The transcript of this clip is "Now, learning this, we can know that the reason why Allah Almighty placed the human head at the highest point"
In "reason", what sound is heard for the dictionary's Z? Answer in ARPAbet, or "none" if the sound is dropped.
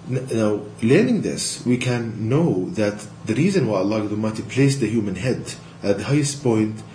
Z